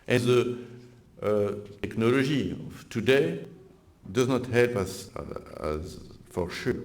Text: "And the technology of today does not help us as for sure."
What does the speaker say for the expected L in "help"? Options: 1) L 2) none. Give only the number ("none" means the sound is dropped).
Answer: 1